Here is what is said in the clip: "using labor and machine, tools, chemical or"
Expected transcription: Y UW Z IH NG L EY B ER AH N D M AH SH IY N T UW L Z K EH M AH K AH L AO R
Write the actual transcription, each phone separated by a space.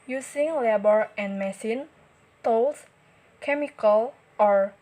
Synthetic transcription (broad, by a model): Y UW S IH NG L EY B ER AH N M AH S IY N T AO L S K EH M AH K AH L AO R